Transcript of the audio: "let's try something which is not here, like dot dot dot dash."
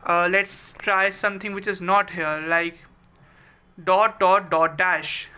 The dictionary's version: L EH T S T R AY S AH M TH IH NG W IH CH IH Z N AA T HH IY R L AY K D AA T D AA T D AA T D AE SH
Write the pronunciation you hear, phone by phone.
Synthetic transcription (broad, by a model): L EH T S T R AY S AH M T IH NG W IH CH IH Z N AA T HH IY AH L AY K D AA T D AA T D AA T D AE SH